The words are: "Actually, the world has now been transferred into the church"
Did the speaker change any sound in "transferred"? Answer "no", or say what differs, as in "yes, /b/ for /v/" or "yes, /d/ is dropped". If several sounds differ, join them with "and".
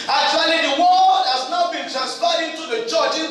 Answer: yes, /p/ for /f/